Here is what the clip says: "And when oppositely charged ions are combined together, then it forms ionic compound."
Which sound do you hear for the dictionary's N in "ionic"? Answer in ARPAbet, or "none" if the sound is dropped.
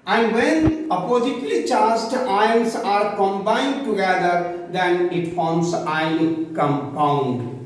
none